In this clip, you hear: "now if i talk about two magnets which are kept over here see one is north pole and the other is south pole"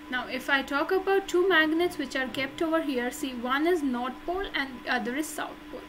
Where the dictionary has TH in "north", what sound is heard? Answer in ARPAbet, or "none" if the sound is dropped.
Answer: T